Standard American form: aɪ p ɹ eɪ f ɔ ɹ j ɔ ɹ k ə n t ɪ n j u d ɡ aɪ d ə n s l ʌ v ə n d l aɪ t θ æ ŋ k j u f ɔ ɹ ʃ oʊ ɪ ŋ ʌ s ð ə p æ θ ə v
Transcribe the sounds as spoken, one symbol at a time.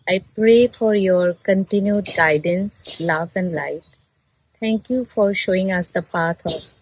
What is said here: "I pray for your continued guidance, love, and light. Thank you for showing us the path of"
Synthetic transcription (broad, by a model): aɪ p ɹ eɪ f ɔ ɹ j ɔ ɹ k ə n t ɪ n j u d ɡ aɪ d ə n s l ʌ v ə n d l aɪ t t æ ŋ k j u f ɔ ɹ ʃ oʊ ɪ ŋ ʌ s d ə p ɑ t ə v